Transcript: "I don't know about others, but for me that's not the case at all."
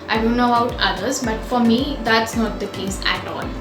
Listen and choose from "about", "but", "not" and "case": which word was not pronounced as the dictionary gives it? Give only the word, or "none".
about